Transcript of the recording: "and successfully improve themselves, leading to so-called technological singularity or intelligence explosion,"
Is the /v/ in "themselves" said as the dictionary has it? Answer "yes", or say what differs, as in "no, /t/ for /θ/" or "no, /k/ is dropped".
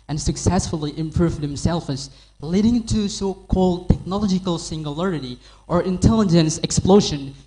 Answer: no, /f/ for /v/